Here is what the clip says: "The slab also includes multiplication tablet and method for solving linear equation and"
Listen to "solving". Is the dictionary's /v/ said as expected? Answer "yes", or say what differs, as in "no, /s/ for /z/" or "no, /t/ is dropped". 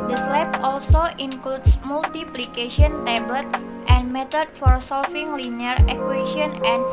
no, /f/ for /v/